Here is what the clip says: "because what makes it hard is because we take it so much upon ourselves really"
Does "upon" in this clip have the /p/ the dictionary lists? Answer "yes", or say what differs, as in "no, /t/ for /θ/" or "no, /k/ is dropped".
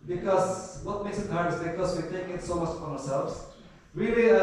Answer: no, /p/ is dropped